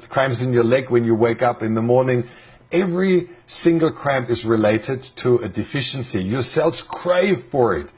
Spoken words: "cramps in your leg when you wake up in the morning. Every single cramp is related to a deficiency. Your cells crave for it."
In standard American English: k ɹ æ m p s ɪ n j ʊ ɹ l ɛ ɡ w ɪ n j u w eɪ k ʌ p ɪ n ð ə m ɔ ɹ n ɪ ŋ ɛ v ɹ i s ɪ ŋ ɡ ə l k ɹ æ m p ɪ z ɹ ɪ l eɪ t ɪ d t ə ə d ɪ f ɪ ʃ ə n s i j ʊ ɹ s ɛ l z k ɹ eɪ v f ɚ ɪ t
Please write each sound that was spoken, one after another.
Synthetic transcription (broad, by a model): k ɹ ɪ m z ɪ n j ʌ ɹ l ɛ ɡ w ɪ n j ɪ w eɪ k ʌ p ɪ n ð ə m ɔ ɹ n ɪ ŋ ɛ v ɹ i s ɪ ŋ ɡ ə l k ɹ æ m ɪ z ɹ ɪ l eɪ t ɪ d t ə ə d ɪ f ɪ ʃ ə n s i j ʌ ɹ s ɛ l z k ɹ eɪ v f ɚ ɪ t